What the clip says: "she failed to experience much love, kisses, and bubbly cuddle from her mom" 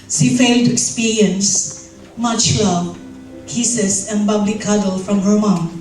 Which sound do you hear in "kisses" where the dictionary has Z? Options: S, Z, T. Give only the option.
S